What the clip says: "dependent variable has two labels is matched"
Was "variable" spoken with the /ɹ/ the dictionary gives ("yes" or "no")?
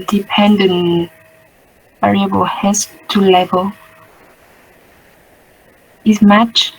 yes